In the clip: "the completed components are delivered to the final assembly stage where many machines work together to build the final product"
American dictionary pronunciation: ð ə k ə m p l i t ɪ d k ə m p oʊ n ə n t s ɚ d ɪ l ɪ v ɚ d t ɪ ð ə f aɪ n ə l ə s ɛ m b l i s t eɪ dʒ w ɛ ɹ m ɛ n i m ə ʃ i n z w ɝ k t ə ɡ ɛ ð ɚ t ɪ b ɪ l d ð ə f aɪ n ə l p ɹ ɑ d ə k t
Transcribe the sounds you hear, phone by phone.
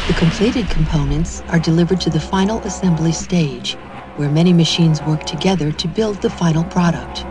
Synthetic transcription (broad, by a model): ð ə k ə m p l i t ɪ d k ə m p oʊ n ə n t s ɚ d ɪ l ɪ v ɚ d t ɪ ð ə f aɪ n l ə s ɛ m b l i s t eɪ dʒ w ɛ ɹ m ɛ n i m ə ʃ i n z w ɝ k t ə ɡ ɛ ð ɚ t ɪ b ɪ l d ð ə f aɪ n l p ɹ ɑ d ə k t